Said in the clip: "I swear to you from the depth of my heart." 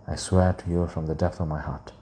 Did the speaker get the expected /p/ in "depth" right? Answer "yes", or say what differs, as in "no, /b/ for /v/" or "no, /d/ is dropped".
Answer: yes